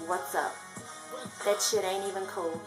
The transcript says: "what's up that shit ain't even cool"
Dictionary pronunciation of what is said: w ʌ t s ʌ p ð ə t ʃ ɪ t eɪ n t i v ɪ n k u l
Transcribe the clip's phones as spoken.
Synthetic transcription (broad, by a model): w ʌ t s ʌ p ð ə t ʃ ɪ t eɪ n i v ɪ n k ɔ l